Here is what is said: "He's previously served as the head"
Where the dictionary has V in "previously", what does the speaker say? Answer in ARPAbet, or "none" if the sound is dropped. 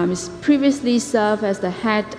V